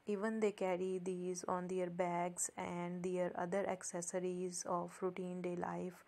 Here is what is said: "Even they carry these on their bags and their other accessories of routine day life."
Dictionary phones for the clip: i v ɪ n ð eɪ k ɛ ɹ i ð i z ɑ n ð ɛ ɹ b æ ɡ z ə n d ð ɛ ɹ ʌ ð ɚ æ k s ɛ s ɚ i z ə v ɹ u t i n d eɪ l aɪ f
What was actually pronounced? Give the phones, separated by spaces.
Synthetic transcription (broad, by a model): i v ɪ n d eɪ k ɛ ɹ i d i z ɑ n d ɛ ɹ b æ ɡ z ə n d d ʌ ɹ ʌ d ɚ æ k s ɛ s ɚ i z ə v ɹ u t i n d eɪ l aɪ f